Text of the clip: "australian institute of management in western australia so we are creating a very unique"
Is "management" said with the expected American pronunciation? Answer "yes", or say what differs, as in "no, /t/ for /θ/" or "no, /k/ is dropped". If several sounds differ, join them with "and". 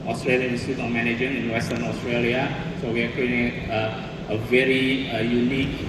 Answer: no, /t/ is dropped